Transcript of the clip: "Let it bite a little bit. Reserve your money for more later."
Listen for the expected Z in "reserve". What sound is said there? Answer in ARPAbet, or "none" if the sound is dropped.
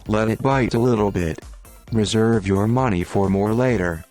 Z